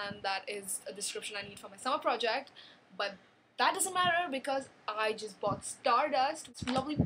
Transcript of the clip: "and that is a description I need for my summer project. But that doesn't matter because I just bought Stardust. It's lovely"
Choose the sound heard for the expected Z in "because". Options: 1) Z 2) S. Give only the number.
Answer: 1